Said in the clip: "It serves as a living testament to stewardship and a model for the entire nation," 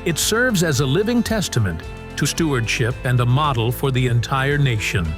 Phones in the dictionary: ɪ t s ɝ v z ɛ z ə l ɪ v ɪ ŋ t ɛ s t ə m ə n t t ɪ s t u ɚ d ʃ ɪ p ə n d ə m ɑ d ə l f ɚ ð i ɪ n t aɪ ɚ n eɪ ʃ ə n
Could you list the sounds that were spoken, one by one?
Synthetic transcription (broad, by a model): ɪ t s ɝ v z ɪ z ə l ɪ v ɪ ŋ t ɛ s t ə m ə n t t ɪ s t u ɚ d ʃ ɪ p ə n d ə m ɑ d l f ɚ ð i ɪ n t aɪ ɚ n eɪ ʃ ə n